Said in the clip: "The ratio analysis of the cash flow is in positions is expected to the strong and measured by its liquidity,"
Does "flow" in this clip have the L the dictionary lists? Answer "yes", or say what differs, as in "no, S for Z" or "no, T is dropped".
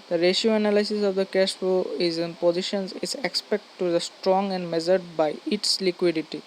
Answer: no, L is dropped